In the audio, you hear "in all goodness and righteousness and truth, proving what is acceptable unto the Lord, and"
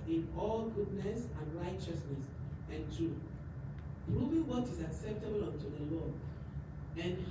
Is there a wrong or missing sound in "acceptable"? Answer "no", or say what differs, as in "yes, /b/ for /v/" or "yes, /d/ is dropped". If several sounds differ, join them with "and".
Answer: no